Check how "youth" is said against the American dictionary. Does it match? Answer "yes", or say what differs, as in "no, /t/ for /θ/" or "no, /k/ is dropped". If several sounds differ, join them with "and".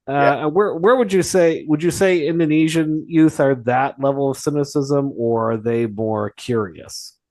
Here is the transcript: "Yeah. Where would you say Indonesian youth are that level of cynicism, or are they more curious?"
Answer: yes